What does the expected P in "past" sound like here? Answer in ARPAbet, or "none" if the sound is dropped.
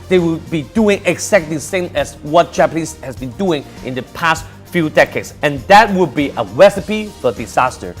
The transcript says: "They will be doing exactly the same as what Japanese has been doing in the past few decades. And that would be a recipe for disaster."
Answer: P